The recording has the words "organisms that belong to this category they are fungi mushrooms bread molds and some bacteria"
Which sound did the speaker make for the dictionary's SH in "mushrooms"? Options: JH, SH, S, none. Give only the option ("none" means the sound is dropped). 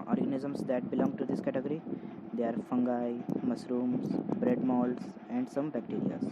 S